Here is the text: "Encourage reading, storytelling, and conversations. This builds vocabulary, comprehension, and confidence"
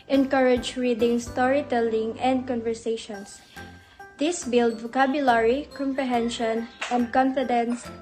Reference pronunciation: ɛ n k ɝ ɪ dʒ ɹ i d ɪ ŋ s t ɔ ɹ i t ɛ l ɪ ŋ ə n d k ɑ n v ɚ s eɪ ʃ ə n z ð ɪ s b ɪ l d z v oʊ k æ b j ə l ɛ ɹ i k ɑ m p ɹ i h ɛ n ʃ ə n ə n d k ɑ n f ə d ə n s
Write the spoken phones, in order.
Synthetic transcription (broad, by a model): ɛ n k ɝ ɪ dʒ ɹ i d ɪ ŋ s t ɔ ɹ i t ɛ l ɪ ŋ ə n d k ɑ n v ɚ s eɪ ʃ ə n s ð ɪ s b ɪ l d v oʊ k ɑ b j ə l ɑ ɹ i k ɑ m p ɹ i h ɛ n ʃ ə n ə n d k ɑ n f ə d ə n s